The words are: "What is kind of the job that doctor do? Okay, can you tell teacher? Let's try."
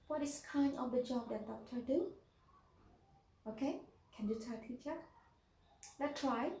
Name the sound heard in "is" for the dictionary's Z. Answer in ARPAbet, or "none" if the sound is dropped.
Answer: S